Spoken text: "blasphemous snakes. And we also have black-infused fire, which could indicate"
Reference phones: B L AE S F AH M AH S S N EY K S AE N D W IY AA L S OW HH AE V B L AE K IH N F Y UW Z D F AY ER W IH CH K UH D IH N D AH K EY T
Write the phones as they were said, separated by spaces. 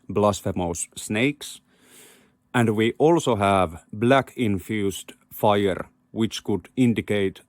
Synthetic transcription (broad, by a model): B L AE S F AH M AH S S N EY K S AE N D W IY AA L S OW HH AE V B L AE K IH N F Y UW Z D F AY ER W IH CH K UH D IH N D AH K EY T